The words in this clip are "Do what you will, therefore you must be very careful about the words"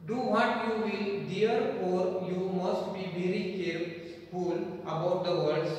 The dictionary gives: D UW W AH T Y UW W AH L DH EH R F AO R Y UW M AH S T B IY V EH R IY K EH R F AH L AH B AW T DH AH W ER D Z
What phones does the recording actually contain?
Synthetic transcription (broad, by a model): D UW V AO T Y UW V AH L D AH R AO R Y UW M AH S T B IY V EH R IY K EH R F AH L AH B AW T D AH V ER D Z